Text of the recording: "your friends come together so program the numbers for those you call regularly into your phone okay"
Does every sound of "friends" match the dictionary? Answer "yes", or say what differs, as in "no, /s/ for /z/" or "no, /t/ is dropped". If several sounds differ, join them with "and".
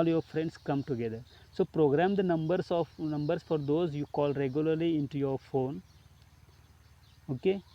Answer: no, /s/ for /z/